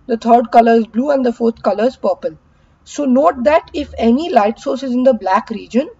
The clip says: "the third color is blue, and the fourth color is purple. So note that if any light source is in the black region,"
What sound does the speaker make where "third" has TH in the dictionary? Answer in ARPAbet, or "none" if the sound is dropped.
T